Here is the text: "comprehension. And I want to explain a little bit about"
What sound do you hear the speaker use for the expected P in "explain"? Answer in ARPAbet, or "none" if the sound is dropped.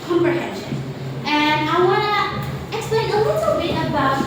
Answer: none